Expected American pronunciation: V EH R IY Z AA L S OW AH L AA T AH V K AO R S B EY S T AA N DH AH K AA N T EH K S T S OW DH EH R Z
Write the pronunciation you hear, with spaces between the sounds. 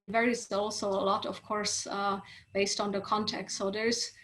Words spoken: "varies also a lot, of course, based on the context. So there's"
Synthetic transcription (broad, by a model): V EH R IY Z AA L S OW AH L AA T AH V K AO R S B EY S T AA N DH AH K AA N T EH K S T S OW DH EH R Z